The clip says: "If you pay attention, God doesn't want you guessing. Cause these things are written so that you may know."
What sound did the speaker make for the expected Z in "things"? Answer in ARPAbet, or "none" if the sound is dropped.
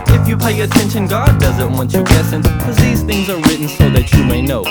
Z